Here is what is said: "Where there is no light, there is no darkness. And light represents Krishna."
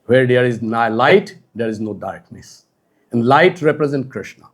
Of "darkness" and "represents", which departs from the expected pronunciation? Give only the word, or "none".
represents